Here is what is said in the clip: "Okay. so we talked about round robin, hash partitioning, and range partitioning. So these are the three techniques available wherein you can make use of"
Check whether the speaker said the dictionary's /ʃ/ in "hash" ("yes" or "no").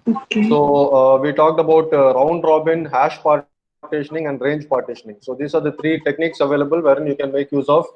yes